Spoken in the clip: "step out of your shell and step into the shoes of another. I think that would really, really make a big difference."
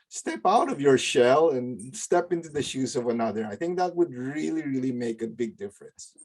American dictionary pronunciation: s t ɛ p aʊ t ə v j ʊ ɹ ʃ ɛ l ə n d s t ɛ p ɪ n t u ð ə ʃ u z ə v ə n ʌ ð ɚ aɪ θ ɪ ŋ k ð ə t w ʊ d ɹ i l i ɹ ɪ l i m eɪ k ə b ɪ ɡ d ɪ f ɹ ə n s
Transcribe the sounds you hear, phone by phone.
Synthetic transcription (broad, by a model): s t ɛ p aʊ t ə v j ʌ ɹ ʃ ɛ l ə n s t ɛ p ɪ n t u ð ə ʃ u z ə v ə n ʌ ð ɚ aɪ θ ɪ ŋ k ð ə t w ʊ d ɹ i l i ɹ ɪ l i m eɪ k ə b ɪ ɡ d ɪ f ɹ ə n s